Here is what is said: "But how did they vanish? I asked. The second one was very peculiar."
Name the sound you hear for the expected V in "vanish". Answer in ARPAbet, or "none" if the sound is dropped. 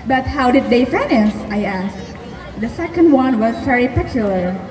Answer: F